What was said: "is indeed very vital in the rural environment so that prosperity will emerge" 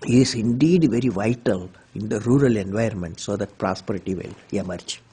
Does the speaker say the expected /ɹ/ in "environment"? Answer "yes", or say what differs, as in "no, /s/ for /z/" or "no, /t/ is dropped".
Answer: no, /ɹ/ is dropped